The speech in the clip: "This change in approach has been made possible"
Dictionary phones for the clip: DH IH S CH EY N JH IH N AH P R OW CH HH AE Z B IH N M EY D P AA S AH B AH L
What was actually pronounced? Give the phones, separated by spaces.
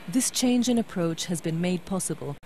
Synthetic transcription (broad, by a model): DH IH S CH EY N JH IH N AH P R OW CH HH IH Z B IH N M EY D P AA S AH B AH L